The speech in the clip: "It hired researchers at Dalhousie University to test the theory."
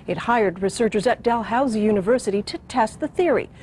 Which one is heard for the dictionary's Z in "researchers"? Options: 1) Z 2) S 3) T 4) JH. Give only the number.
1